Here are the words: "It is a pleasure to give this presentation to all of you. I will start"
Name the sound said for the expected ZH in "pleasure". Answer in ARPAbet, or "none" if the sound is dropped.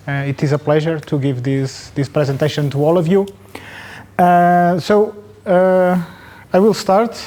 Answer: ZH